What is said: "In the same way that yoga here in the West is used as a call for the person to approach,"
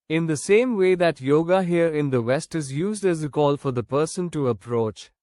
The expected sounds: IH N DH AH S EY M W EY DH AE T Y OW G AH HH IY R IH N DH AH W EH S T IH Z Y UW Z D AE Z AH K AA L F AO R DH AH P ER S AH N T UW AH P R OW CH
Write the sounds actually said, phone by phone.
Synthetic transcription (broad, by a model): IH N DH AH S EY M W EY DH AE T Y OW G AH HH IY R IH N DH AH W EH S T IH Z Y UW Z D AE Z AH K AA L F AO R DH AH P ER S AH N T UW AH P R OW CH